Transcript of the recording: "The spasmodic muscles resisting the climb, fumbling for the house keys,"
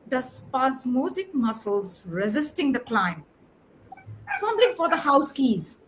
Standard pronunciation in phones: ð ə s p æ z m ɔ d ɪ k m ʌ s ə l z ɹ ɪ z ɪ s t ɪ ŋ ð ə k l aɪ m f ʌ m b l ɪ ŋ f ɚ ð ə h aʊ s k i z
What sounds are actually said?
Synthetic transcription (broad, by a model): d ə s p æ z m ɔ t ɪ k m ʌ s ə l z ɹ ɪ z ɪ s t ɪ ŋ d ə k l aɪ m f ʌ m l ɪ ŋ f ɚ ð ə h aʊ s k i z